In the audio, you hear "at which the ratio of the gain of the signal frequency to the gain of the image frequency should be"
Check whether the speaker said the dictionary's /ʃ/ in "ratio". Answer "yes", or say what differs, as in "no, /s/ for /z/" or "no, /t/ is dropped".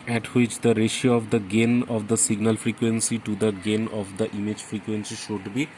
yes